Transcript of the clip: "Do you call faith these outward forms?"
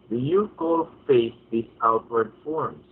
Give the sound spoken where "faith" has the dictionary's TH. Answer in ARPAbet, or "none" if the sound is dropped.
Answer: S